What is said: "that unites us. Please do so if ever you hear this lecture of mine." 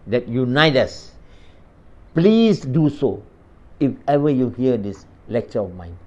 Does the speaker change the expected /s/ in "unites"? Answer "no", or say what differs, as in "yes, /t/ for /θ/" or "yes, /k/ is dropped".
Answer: yes, /s/ is dropped